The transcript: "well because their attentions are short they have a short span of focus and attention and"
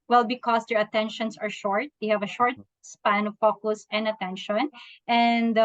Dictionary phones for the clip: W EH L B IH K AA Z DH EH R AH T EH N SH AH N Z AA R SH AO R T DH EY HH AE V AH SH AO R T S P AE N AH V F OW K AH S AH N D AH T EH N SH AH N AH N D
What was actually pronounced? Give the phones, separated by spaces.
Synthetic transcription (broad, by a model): W EH L B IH K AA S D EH R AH T EH N SH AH N S AA R SH AO R T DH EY HH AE V AH SH AO R T S P AE N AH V P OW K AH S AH N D AH T EH N SH AH N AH N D